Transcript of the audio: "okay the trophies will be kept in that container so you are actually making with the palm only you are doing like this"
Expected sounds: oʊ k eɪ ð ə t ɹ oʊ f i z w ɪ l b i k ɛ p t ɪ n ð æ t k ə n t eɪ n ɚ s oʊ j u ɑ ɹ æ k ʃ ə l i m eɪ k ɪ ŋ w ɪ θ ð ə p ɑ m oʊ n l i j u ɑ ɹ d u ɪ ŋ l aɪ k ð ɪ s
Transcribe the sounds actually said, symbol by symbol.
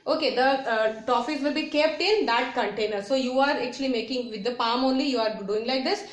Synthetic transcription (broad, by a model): oʊ k eɪ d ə t oʊ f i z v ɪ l b i k ɛ p t ɪ n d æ t k ə n t eɪ n ɚ s oʊ j u ɑ ɹ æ k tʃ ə l i m eɪ k ɪ ŋ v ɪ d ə p ɑ m oʊ n l i j u ɑ ɹ d u ɪ ŋ l aɪ k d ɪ s